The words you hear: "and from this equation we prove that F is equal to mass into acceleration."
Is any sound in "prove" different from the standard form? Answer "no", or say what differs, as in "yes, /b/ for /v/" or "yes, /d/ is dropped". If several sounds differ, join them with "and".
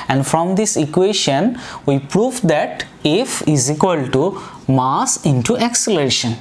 no